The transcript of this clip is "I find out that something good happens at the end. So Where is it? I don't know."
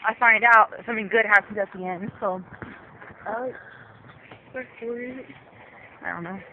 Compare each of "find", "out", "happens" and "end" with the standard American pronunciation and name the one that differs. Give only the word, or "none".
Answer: happens